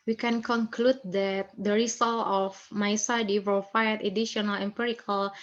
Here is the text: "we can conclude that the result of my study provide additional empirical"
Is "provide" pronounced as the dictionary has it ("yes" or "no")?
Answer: no